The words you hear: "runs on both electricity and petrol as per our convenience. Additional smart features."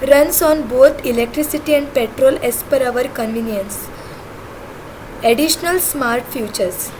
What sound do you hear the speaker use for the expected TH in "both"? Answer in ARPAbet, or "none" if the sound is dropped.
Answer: T